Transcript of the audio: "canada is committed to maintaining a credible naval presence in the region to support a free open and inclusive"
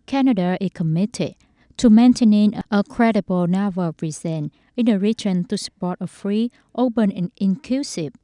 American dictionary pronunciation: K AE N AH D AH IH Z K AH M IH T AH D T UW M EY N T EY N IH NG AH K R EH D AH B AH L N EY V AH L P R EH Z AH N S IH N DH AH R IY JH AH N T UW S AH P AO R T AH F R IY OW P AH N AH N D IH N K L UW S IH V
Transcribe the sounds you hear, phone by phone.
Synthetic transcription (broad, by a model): K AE N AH D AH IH K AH M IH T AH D T UW M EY N T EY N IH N AH K R EH D AH B AH L N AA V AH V R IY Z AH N IH N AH R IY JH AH N T UW S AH P AO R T AH F R IY OW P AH N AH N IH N K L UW S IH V